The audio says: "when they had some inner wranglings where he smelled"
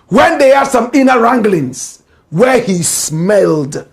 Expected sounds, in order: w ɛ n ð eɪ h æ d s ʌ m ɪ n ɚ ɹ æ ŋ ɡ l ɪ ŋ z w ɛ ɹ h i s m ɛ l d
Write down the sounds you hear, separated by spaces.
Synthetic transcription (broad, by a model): w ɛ n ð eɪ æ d s ʌ m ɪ n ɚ ɹ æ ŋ ɡ l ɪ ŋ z w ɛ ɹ h i s m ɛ l d